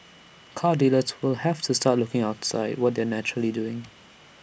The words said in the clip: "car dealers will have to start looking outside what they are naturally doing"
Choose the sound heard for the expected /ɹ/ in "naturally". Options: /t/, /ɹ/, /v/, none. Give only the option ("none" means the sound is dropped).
/ɹ/